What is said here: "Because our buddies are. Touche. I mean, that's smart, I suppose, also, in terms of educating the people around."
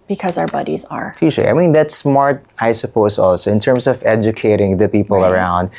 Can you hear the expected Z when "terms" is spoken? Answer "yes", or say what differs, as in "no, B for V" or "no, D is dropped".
no, S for Z